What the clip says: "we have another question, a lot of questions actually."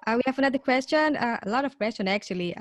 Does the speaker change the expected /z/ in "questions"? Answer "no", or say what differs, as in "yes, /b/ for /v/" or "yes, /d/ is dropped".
yes, /z/ is dropped